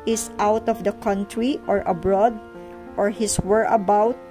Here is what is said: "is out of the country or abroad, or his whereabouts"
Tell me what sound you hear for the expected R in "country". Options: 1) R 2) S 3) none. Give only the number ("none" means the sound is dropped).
1